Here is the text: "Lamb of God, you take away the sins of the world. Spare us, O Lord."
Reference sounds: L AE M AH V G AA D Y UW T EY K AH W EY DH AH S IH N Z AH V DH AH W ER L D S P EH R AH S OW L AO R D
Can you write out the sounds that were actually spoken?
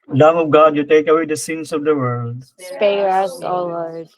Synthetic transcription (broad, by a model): L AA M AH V G AA D Y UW T EY K AH W EY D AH S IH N S AH V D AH W ER L D S P EH R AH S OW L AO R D